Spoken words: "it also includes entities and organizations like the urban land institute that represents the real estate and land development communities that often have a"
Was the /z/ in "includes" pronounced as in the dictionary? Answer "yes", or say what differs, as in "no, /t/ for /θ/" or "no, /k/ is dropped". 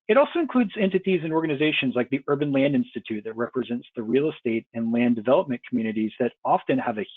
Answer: yes